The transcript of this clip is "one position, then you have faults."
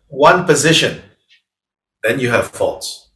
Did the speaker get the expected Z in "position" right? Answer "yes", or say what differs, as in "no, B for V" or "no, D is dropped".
yes